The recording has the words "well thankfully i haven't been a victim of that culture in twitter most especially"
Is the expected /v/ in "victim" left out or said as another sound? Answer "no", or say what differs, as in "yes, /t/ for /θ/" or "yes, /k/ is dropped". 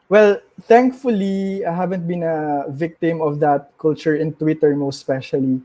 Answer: no